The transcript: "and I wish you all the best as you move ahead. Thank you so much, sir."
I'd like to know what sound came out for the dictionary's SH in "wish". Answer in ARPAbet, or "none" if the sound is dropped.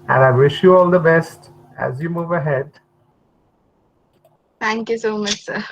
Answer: SH